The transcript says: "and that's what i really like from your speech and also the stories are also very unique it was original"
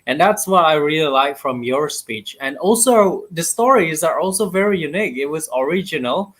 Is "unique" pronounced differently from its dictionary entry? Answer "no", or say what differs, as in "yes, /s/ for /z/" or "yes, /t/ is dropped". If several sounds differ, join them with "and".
no